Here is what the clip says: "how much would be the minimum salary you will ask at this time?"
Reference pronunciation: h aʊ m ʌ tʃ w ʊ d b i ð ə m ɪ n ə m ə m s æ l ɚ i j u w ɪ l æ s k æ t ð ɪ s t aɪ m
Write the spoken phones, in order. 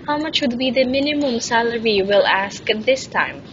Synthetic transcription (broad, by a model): h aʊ m ʌ tʃ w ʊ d b i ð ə m ɪ n ə m ə m s æ l ɚ i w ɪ l æ s k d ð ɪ s t aɪ m